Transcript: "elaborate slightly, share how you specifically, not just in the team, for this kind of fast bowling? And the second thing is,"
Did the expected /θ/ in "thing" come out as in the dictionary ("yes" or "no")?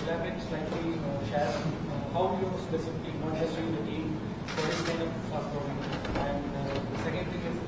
no